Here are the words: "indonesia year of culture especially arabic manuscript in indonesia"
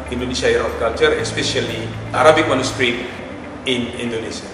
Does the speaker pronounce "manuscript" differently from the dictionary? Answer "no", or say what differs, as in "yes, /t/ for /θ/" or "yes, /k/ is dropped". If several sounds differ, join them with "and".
yes, /p/ is dropped